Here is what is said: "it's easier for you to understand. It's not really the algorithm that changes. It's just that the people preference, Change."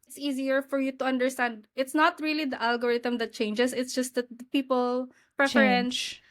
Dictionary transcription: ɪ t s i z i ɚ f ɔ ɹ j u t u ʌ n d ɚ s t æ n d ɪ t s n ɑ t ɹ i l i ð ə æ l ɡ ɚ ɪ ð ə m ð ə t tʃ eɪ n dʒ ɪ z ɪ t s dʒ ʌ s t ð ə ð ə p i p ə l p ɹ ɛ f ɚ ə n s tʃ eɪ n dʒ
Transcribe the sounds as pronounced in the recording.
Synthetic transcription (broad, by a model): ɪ t s i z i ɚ f ɔ ɹ j u t u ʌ n d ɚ s t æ n d ɪ t s n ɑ t ɹ i l i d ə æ l ɡ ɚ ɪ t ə m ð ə t tʃ eɪ n dʒ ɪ s ɪ t s dʒ ʌ s t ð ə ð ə p i p ə l p ɹ ɛ f ɚ ə n s